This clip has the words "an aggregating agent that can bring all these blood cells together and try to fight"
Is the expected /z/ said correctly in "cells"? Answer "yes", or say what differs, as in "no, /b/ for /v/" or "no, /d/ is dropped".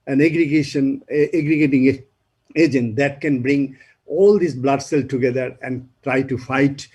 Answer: no, /z/ is dropped